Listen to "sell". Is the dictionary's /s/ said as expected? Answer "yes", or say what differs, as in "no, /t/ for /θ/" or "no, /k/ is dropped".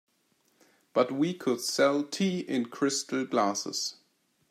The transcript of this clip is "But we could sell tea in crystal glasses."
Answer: yes